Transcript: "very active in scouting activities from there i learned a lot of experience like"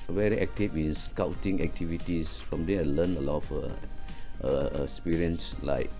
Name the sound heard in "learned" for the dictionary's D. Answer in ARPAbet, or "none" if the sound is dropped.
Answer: none